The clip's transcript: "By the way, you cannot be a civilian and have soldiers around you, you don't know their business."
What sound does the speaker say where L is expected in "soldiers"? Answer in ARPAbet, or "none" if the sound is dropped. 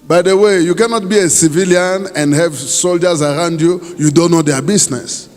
L